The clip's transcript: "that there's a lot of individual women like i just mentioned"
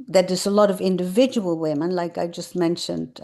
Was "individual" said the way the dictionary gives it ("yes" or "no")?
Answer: yes